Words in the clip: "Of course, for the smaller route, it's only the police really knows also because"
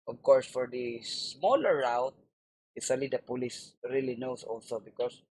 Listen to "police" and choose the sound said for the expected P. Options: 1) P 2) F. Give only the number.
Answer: 1